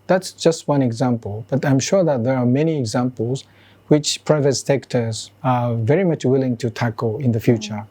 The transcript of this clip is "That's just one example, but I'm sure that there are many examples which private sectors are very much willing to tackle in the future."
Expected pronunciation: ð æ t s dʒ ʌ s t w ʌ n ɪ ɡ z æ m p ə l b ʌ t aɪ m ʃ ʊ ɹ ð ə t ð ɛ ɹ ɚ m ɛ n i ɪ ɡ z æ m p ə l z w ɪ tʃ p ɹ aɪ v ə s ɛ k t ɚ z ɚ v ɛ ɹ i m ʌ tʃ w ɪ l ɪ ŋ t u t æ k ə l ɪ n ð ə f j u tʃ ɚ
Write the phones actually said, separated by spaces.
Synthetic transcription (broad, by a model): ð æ t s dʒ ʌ s t w ʌ n ɪ ɡ z æ m p ə l b ʌ t aɪ m ʃ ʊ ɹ ð ə t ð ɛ ɹ m ɛ n i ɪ ɡ z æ m p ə l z w ɪ tʃ p ɹ aɪ v ə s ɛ k t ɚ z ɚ v ɛ ɹ i m ʌ tʃ w ɪ l ɪ ŋ t u t æ k ə l ɪ n ð ə f j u tʃ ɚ